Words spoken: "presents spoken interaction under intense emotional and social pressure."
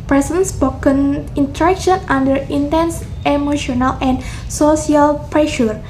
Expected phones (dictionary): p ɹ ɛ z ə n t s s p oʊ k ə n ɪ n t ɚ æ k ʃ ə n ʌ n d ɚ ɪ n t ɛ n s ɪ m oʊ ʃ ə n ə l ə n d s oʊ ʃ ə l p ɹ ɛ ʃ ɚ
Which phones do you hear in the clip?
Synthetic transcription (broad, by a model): p ɹ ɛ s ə n s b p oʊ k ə n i n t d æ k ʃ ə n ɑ n d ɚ ɪ n t ɛ n s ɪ m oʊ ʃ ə n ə l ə n s oʊ s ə l p ɹ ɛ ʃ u